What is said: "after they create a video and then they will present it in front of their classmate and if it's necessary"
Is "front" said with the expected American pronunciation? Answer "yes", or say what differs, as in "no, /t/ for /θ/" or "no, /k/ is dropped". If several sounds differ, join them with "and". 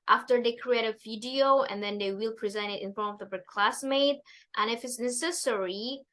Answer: no, /ɹ/ is dropped